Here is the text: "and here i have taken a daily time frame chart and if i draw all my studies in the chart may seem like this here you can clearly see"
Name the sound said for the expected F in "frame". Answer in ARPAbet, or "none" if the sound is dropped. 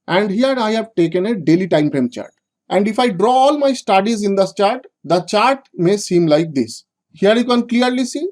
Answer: P